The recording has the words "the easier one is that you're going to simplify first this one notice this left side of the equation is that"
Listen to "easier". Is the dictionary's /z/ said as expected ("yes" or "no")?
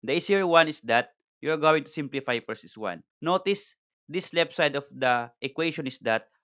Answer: no